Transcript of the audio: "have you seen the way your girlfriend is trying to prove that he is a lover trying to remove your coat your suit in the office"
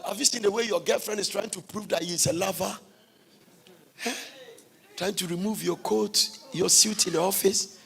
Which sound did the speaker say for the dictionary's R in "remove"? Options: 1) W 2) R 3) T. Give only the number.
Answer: 2